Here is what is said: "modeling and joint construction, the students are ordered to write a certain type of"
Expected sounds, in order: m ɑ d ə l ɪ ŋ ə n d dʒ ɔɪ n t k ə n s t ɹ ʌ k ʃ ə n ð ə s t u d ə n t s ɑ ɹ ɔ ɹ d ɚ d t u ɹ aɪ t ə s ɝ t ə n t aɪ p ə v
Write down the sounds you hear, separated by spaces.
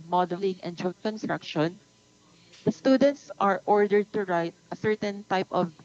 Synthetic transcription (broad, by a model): m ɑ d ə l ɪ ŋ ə n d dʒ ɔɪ t k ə n s t ɹ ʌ k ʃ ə n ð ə s t u d ə n t s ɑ ɹ ɔ ɹ d ɚ d t u ɹ aɪ t ə s ɝ t ə n t aɪ p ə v